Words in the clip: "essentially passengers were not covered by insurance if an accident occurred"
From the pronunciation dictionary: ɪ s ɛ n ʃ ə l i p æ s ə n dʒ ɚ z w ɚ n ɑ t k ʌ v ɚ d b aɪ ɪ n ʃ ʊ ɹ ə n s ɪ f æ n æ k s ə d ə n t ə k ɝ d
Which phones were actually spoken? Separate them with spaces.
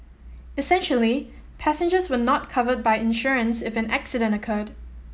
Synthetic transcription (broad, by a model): ɪ s ɛ n ʃ ə l i p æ s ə n dʒ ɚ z w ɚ n ɑ t k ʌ v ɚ d b aɪ ɪ n ʃ ʊ ɹ ə n s ɪ f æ n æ k s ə d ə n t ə k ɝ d